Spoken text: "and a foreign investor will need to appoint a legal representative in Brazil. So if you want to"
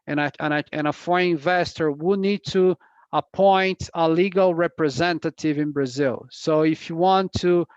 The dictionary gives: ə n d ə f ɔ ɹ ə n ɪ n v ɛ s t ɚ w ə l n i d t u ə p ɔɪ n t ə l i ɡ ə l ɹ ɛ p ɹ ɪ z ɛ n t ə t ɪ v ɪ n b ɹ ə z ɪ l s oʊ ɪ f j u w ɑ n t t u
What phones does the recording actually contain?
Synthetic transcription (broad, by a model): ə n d ə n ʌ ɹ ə ɪ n v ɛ s t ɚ w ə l n i d t u ə p ɔɪ n t ə l i ɡ ə l ɹ ɛ p ɹ ɪ z ɛ n t ə t ɪ v ɪ n b ɹ ə z ɪ l s oʊ ɪ f j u w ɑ n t t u